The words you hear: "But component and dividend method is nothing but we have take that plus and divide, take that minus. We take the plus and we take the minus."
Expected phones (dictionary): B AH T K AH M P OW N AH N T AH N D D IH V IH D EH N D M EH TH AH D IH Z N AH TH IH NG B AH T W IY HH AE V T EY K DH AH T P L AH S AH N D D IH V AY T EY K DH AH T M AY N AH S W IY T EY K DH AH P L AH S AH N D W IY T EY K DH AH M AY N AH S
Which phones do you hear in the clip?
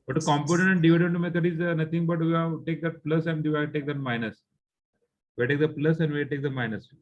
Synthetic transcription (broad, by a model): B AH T K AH M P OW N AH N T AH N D D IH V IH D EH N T M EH T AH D IH Z N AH T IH NG B AH T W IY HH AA T EY K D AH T P L AH S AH N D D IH AY T EY K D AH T M AY N AH S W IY T EY K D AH P L AH S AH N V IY T EY K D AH M AY N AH S